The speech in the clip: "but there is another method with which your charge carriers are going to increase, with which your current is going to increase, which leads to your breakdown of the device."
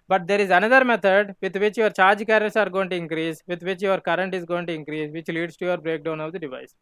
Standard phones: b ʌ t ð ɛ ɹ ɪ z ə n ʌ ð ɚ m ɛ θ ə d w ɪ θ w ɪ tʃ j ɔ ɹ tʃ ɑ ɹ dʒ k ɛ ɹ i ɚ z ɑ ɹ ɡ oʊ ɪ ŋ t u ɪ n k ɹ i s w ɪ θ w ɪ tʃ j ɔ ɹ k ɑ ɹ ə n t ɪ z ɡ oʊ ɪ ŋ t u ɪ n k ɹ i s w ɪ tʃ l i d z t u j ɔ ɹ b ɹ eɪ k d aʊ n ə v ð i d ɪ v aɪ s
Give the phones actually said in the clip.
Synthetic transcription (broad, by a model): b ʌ t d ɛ ɹ ɪ z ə n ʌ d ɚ m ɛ t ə d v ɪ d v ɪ tʃ j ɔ ɹ tʃ ɑ ɹ dʒ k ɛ ɹ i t s ɑ ɹ ɡ oʊ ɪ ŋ t u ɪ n k ɹ i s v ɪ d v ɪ tʃ j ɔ ɹ k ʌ ɹ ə n t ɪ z ɡ oʊ ɪ ŋ t u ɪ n k ɹ i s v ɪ tʃ l i d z t u j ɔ ɹ b ɹ eɪ k d aʊ n ə v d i d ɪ v aɪ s